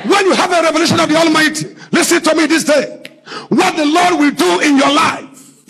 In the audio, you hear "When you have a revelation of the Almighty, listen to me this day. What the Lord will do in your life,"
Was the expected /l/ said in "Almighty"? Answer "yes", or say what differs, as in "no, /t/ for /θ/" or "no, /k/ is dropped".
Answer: yes